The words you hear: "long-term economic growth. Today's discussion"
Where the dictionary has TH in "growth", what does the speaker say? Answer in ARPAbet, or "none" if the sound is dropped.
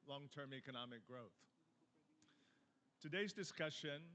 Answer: TH